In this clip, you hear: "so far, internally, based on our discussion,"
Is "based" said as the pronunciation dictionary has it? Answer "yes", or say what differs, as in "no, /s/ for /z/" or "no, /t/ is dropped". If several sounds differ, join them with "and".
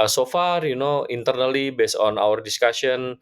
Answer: no, /t/ is dropped